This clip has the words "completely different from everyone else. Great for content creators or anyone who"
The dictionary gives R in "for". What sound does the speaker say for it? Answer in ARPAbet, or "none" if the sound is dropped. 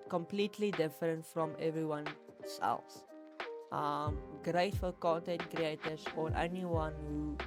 L